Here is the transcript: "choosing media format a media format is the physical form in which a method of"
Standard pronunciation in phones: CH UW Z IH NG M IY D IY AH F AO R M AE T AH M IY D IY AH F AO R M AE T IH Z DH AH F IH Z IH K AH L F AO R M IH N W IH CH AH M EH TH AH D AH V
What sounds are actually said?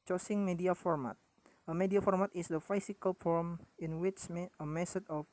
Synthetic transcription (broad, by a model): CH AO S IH NG M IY D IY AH F AO R M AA T AH M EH D IY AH F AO R M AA T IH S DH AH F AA S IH K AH L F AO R M IH N W IH CH AH M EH S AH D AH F